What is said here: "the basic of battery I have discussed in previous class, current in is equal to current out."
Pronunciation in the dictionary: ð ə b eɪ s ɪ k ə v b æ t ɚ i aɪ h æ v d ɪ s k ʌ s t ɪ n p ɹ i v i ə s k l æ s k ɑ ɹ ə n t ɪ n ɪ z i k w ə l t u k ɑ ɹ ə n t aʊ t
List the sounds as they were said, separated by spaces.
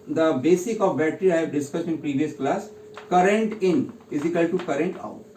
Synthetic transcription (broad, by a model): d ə b eɪ s ɪ k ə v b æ t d i aɪ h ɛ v d ɪ s k ʌ s t ɪ n p ɹ i v i ə s k l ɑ s k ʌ ɹ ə n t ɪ n ɪ z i k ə l t u k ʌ ɹ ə n t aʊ t